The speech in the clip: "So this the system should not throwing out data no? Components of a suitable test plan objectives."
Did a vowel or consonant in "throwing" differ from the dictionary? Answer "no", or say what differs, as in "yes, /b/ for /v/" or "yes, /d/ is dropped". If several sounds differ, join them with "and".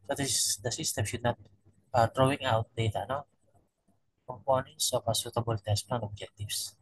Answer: yes, /t/ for /θ/